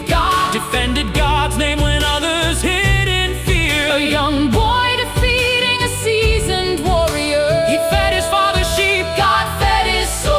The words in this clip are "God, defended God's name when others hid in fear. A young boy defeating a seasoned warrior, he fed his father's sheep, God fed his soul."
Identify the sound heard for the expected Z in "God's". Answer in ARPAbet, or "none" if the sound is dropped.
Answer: Z